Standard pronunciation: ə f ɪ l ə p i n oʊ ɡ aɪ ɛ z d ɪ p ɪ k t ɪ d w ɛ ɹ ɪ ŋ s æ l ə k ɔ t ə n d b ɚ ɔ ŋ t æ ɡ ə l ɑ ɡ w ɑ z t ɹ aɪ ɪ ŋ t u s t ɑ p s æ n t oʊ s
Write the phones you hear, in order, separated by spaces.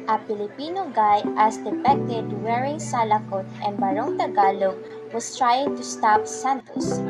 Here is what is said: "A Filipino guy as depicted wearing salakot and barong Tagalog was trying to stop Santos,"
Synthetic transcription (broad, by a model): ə p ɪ l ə p i n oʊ ɡ aɪ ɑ s d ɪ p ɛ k t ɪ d w ɛ ɹ ɪ ŋ s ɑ l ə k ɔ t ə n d b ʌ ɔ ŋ t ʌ ɡ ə l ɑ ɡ w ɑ s t ɹ aɪ ɪ ŋ t u s t ɑ p s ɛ n t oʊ s